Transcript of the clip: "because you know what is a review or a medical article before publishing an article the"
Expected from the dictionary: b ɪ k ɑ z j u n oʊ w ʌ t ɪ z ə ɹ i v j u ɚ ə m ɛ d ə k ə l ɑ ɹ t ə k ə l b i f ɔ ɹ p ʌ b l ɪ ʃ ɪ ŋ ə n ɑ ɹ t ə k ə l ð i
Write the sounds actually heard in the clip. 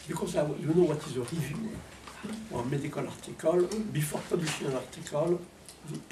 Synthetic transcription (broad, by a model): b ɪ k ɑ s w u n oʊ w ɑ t ɪ z ə ɹ i v j u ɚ ə m ɛ d ə k ə l ɑ ɹ t ə k ə l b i f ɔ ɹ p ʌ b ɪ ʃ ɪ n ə l ɑ ɹ t ə k ə l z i